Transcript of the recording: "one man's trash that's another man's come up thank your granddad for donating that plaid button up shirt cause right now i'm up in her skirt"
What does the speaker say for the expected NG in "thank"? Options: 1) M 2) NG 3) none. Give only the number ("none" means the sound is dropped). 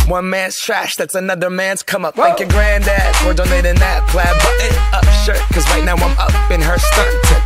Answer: 3